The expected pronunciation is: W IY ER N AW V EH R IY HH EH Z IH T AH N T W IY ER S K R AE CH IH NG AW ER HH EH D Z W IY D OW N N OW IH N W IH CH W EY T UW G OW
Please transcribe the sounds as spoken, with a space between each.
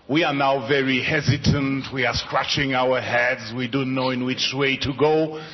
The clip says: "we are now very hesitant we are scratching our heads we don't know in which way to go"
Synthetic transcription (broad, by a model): W IY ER N AW V EH R IY HH EH Z IH T AH N T W IY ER S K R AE CH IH NG AW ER HH EH D Z W IY D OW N N OW IH N W IH CH W EY T UW G OW